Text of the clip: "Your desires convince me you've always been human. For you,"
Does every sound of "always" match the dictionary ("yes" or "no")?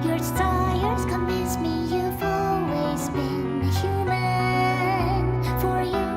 yes